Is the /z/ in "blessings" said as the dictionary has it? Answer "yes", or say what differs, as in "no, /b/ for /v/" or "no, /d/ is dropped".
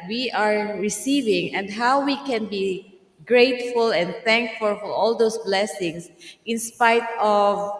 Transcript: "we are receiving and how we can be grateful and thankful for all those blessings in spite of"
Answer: no, /s/ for /z/